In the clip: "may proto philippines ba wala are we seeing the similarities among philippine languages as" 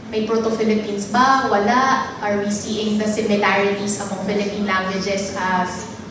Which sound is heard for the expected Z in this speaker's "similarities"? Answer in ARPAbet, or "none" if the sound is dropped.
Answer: S